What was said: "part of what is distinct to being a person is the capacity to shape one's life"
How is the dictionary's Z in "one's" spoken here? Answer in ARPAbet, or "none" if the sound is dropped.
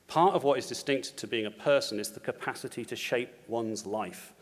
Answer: Z